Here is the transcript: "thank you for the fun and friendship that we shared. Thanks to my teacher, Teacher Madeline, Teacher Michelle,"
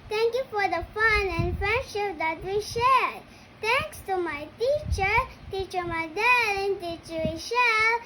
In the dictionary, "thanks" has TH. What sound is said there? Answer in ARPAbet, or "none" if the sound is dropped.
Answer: T